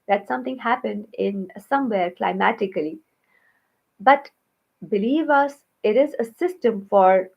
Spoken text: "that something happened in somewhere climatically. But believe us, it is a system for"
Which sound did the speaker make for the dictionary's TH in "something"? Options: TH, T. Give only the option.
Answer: T